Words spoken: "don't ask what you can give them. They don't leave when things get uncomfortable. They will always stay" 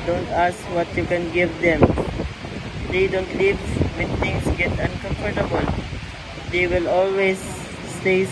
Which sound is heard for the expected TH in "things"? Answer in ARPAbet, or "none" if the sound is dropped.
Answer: T